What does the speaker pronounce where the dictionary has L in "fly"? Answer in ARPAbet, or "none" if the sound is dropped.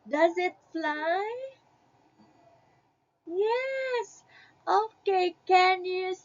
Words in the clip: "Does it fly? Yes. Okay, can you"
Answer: L